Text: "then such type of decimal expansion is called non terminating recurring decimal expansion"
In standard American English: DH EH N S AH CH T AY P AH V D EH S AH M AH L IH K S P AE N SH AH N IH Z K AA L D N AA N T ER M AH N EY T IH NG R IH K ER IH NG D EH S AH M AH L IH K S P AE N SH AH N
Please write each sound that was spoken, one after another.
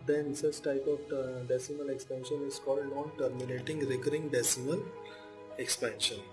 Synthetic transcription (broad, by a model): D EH N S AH S T AY P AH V D EH S AH M AH L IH K S P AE N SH AH N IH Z K AA L D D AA N T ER M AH N EY T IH NG R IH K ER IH NG D EH S AH M AH L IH K S P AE N SH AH N